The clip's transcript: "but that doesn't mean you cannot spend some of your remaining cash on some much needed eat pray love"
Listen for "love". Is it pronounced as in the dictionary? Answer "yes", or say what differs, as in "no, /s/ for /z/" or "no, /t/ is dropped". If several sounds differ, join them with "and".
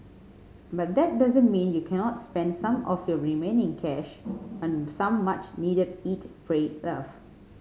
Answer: no, /f/ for /v/